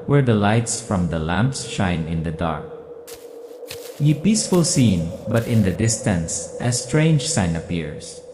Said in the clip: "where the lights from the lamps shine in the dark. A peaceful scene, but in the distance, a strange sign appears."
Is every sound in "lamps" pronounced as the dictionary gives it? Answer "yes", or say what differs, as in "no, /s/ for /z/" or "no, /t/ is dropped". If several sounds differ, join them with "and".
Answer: yes